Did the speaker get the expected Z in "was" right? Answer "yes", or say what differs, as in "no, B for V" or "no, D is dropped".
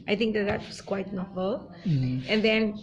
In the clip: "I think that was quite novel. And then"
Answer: no, S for Z